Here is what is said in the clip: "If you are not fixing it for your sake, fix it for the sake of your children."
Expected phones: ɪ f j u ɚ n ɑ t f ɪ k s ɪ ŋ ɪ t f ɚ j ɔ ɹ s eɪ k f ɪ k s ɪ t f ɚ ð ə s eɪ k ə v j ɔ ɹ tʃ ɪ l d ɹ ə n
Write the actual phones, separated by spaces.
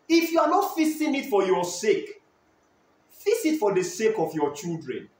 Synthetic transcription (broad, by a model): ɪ f j u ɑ n ɑ t f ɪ s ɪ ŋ ɪ t f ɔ j ɔ s eɪ k f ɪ s ɪ t f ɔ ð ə s eɪ k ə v j ɔ tʃ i l d ɹ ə n